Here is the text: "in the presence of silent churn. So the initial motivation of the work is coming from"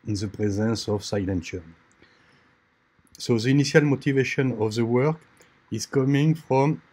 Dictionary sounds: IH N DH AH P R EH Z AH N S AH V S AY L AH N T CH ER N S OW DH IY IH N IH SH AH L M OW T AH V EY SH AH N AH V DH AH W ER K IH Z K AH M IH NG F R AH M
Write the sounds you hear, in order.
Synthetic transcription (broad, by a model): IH N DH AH P R EH Z AH N S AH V S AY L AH N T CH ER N S OW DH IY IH N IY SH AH L M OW T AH V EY SH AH N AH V DH AH W ER K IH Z K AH M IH NG F R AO M